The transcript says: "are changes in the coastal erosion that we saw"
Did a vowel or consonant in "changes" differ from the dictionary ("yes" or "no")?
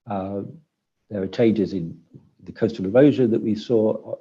no